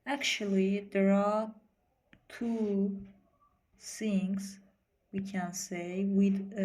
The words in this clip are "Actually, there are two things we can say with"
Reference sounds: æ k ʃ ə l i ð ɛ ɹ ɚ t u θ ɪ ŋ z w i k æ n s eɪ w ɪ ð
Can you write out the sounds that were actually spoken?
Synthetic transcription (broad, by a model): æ k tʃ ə l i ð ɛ ɹ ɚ t u s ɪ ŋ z w i k æ n s eɪ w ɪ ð